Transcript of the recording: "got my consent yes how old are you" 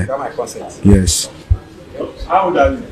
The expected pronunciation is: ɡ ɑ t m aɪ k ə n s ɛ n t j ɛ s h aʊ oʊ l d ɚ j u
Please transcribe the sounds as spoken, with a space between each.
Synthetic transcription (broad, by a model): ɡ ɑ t m aɪ k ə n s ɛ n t j ɛ s h aʊ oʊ d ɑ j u